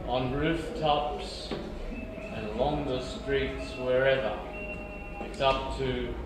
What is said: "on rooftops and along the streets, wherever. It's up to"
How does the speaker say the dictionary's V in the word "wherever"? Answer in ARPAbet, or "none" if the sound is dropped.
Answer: V